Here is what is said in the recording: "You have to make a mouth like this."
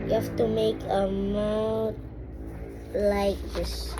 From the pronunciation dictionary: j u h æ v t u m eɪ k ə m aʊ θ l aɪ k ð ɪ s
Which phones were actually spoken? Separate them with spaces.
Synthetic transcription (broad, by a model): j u h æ f t u m eɪ k ə m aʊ t l aɪ k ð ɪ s